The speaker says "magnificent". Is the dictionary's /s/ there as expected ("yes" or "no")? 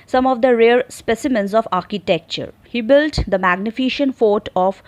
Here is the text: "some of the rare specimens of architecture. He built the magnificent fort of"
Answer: no